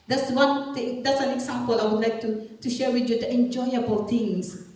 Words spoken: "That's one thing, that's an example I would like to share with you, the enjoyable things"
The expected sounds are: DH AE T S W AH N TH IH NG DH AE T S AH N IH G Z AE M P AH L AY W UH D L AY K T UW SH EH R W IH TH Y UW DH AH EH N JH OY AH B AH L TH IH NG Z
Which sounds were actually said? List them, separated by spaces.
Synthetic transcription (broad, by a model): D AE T S W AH N T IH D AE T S AH N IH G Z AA M P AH L AY W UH D L AY K T UW SH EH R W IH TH Y UW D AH EH N JH OY AH B AH L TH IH NG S